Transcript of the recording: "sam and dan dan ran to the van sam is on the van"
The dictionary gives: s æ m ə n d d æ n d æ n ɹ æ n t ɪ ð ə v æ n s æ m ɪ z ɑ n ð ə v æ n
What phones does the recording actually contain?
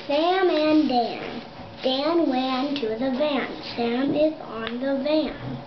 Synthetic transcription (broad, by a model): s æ m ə n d d æ n d æ n w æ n t ɪ ð ə v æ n s æ m ɪ z n ð ə v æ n